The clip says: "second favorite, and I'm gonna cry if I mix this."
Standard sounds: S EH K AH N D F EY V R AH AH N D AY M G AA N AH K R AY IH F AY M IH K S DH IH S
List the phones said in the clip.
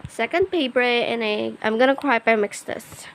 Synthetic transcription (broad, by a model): S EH K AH N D P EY P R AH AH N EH AY M G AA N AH K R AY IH P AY M IH K S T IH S